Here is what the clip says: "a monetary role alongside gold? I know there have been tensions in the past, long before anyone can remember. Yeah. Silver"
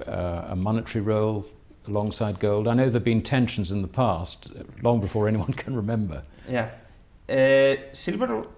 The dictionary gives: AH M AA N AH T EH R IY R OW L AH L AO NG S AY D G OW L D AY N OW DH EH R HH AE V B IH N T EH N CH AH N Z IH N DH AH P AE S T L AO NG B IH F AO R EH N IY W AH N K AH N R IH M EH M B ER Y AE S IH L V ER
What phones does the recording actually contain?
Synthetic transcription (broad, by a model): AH M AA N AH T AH R IY R OW L AH L AO NG S AY D G OW L D AY N OW DH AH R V B IH N T EH N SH N Z IH N DH AH P AE S T L AO NG B IH F AO R EH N IY W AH N K AH N R IH M EH M B ER Y AE S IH L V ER